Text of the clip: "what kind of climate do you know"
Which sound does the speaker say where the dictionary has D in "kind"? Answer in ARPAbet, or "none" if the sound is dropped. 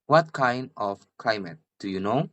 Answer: D